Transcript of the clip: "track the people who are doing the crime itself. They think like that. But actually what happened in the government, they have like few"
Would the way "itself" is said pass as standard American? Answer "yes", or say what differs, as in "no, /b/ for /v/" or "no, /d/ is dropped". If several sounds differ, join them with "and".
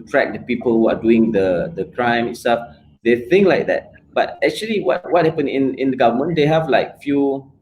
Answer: no, /l/ is dropped